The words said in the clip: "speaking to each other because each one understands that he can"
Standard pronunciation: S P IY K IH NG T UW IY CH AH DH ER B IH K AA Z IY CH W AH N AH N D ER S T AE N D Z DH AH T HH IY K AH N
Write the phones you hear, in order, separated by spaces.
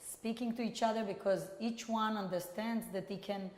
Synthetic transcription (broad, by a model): S P IY K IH NG T UW IY CH AH DH ER B IH K AA Z IY CH W AH N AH N D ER S T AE N D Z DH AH T HH IY K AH N